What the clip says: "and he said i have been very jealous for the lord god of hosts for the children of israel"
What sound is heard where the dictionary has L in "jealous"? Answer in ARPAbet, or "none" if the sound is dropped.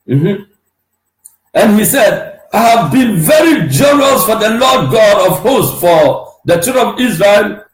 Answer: N